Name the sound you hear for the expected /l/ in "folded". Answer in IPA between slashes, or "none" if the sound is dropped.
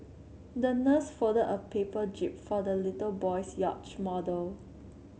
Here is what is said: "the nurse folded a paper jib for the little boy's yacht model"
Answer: none